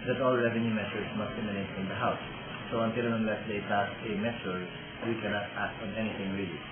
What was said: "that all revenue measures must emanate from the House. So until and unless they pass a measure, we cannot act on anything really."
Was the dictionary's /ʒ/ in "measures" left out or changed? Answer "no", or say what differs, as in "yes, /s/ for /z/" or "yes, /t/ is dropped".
yes, /s/ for /ʒ/